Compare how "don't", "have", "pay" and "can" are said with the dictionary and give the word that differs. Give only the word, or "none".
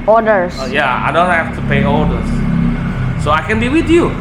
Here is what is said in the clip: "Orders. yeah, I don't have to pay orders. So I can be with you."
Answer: have